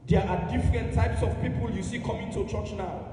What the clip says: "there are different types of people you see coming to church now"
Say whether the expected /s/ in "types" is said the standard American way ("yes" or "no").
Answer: yes